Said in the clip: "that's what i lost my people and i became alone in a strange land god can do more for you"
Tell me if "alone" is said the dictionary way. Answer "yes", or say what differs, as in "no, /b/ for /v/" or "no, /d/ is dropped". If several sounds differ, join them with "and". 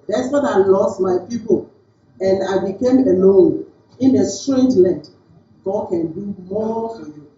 yes